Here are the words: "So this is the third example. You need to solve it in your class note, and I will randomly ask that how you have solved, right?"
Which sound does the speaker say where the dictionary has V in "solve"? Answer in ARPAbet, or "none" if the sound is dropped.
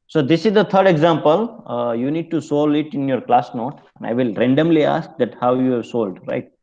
none